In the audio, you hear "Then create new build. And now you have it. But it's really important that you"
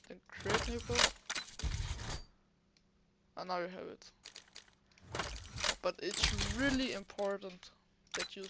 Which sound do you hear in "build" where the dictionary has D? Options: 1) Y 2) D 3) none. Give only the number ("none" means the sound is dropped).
3